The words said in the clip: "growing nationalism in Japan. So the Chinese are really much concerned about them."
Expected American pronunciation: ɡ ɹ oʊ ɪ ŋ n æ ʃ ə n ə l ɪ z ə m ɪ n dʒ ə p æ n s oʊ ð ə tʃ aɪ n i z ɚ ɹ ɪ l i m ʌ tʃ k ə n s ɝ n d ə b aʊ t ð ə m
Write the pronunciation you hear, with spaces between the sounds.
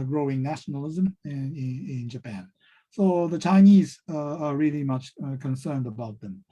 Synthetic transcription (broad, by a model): ɡ ɹ oʊ ɪ ŋ n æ ʃ n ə l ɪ z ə m ɪ n dʒ ə p æ n s oʊ ð ə tʃ aɪ n i z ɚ ɹ ɪ l i m ʌ tʃ k ə n s ɝ n d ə b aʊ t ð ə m